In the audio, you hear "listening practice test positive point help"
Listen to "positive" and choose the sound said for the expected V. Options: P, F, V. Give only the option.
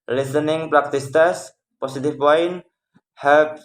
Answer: F